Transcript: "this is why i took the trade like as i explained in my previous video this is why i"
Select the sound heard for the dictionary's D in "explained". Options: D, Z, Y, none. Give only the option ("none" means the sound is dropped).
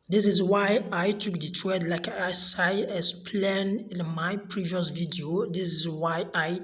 none